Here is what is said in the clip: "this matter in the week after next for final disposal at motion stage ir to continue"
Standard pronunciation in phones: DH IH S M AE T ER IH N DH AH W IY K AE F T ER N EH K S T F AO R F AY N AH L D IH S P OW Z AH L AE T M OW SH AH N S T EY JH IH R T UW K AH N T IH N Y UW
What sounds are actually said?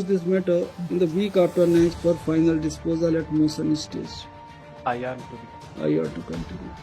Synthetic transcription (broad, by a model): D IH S M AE T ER IH N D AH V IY K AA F T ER N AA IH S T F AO R F AY N AH L D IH S P OW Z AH L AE T M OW S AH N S T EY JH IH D T UW K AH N T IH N Y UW